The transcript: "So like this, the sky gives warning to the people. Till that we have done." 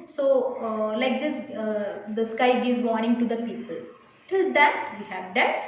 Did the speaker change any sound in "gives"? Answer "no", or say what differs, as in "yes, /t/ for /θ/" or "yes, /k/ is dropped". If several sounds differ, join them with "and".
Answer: yes, /v/ is dropped